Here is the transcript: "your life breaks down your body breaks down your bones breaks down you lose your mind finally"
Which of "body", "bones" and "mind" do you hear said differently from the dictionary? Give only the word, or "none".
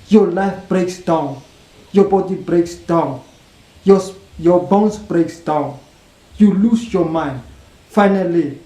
bones